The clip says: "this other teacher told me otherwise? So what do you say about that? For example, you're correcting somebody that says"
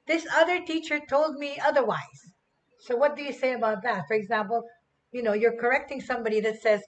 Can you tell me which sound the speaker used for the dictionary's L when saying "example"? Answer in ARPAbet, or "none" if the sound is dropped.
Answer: N